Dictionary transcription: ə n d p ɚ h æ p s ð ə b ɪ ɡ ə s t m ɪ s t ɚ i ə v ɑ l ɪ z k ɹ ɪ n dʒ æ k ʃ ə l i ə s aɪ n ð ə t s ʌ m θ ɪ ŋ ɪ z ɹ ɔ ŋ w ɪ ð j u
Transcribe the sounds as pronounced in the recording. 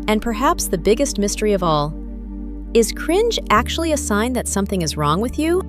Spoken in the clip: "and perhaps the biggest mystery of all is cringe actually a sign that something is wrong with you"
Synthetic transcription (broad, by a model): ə n p ɚ h æ p s ð ə b ɪ ɡ ə s t m ɪ s t ɚ i ə v ɑ l ɪ z k ɹ ɪ n dʒ æ k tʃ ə l i ə s aɪ n ð ə t s ʌ m θ ɪ ŋ ɪ z ɹ ɔ ŋ w ɪ ð j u